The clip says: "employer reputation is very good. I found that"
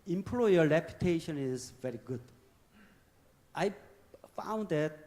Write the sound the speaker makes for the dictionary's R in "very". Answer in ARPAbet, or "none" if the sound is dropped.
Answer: R